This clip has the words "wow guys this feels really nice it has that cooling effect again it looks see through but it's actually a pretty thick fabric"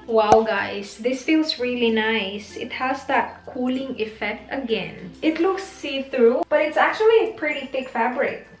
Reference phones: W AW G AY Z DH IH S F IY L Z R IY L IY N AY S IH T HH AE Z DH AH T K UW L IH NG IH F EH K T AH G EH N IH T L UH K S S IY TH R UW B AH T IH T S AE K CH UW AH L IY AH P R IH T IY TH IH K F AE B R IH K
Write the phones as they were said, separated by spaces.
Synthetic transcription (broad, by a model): W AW G AY S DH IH S F IY L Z R IY L IY N AY S IH T HH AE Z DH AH T K UW L IH NG IH F EH K T AH G EH N IH T L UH K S S IY TH R UW B AH T IH T S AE K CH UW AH L IY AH P R IH T IY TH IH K F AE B R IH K